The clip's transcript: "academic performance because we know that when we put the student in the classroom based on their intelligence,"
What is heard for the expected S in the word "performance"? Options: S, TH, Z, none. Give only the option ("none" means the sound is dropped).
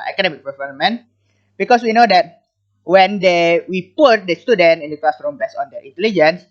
none